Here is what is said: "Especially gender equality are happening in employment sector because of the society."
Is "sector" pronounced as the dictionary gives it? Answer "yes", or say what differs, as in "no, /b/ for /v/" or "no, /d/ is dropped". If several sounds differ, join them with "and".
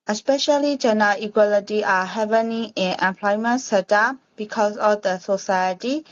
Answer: no, /k/ is dropped